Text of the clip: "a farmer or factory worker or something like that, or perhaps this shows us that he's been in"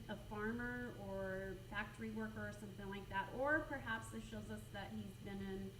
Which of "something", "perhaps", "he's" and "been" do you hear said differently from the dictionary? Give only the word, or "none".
none